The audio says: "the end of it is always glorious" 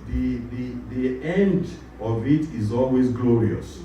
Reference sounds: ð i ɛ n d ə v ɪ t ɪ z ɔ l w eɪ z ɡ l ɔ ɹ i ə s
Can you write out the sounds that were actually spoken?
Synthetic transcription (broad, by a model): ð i ɛ n d ə v ɪ t ɪ z ɔ l w eɪ z ɡ l ɔ ɹ i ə s